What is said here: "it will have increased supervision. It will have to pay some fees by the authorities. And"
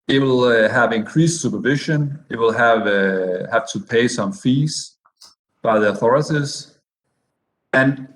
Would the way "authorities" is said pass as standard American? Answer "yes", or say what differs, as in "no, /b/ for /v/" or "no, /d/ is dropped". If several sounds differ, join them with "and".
yes